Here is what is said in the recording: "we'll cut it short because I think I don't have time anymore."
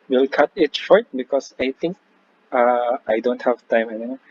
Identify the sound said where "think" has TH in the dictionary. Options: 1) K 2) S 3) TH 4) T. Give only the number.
4